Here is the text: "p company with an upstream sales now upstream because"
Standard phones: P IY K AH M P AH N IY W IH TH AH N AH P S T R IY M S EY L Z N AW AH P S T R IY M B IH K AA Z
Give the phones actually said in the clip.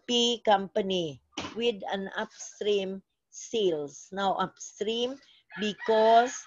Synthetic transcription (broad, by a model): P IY K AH M P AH N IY W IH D AH N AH P S T R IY M S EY L S N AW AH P S T R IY M B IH K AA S